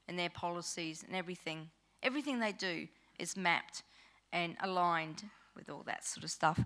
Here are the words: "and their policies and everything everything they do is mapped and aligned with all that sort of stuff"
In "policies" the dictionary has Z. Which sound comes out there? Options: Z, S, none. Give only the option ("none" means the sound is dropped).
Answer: Z